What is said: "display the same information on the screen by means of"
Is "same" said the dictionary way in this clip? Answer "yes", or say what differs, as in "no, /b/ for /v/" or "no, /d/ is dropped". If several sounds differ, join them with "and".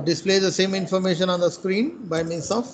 yes